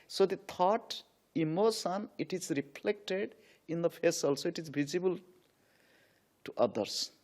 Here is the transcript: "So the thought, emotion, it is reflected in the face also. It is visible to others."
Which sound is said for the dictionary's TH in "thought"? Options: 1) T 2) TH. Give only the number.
1